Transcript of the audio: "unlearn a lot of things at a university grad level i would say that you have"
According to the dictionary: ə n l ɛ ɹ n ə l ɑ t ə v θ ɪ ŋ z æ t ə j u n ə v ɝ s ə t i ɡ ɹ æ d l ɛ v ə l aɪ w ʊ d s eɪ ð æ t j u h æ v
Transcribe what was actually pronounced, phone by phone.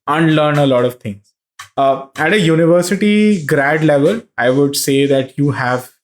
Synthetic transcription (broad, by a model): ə n l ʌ ɹ n ə l ɑ t ə v t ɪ ŋ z æ t ə j u n ə v ɝ s ə t i ɡ ɹ æ d l ɛ v ə l aɪ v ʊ d s eɪ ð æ t j u h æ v